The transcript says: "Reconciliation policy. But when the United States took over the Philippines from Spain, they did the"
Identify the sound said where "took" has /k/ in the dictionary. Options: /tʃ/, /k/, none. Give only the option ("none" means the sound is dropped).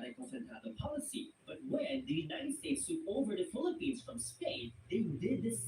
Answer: none